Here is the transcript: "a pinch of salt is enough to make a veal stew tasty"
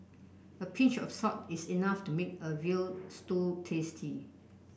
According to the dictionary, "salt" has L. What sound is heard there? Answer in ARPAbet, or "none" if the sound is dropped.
none